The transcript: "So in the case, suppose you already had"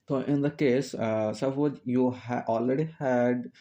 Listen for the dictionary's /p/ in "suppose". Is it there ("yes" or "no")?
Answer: no